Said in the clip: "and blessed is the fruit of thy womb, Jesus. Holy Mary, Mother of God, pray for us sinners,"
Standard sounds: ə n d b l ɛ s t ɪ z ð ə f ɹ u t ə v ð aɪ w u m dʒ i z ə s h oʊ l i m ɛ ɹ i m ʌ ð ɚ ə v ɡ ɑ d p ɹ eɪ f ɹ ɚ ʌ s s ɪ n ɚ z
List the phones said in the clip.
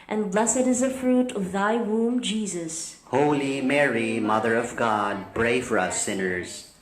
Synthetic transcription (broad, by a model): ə n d b l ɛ s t ɪ z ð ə f ɹ u t ə v ð aɪ w u m dʒ i z ə s h oʊ l i m ɛ ɹ i m ʌ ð ɚ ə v ɡ ɑ d b ɹ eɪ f ɹ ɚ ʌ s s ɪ n ɚ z